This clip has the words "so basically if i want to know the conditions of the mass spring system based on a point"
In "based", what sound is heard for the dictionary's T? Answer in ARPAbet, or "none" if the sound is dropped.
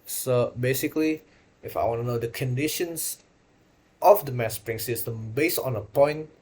none